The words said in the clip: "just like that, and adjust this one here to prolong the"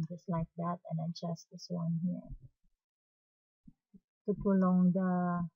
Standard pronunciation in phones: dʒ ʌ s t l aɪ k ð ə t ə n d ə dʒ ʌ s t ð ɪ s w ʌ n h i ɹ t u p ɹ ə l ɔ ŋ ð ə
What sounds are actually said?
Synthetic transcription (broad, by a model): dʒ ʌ s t l aɪ k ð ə t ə n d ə tʃ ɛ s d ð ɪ s w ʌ n h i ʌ t u p ɹ ə l ɔ ŋ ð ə